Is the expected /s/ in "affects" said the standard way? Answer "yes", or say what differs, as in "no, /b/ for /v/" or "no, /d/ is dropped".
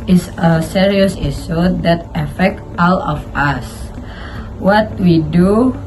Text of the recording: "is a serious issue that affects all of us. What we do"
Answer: no, /s/ is dropped